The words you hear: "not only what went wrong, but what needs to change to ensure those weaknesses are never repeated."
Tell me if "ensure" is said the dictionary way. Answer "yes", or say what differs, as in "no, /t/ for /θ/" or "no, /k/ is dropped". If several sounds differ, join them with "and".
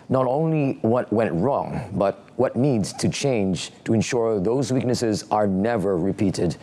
yes